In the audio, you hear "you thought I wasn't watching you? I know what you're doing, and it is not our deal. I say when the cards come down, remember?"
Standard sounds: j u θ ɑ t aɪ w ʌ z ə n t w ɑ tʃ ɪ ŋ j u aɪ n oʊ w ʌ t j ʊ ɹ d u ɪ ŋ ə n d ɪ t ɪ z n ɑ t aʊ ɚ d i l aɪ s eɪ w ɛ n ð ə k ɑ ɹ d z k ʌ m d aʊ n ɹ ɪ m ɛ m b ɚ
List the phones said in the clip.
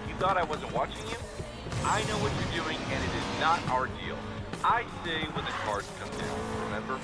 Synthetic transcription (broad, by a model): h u θ ɑ t aɪ w ʌ z ə n t w ɑ tʃ ɪ ŋ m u aɪ n oʊ w ʌ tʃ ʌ ɹ d u ɪ ŋ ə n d ɪ t ɪ z n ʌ t aʊ ɚ d i l aɪ s eɪ w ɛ n ð ə k ɑ ɹ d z k ʌ m d aʊ n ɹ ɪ m ɛ m b ɚ